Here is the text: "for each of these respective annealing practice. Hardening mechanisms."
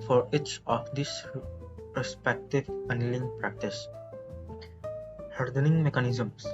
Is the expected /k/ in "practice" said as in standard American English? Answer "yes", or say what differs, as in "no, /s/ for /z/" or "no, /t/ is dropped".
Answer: yes